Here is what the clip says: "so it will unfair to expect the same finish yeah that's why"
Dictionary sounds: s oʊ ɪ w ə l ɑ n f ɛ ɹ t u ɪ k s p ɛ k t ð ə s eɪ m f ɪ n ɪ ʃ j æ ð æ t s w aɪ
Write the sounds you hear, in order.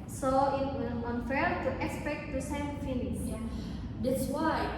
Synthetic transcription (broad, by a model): s oʊ ɪ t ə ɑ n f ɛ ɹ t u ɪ k s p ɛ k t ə s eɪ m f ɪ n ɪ s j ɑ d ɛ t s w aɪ